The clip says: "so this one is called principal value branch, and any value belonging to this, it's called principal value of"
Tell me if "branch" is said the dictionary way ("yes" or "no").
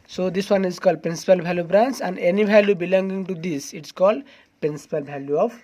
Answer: no